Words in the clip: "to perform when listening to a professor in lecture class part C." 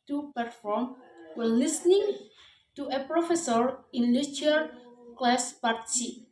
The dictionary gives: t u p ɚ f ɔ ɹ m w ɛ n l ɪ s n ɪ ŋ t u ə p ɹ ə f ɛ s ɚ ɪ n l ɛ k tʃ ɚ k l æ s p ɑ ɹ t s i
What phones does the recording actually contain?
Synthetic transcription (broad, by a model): t u p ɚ f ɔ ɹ m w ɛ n l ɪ s n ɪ ŋ t u ə p ɹ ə f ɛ s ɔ ɪ n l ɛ tʃ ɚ k l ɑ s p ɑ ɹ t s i